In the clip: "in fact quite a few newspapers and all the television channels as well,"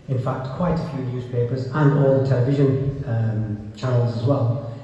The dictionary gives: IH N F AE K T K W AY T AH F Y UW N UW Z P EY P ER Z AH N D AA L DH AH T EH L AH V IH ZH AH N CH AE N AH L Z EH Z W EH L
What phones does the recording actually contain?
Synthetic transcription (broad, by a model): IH N F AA K T K W AY T AH F Y UW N UW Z P EY P ER Z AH N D AA L DH AH T EH L AH V IH ZH AH N CH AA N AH L Z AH Z W EH L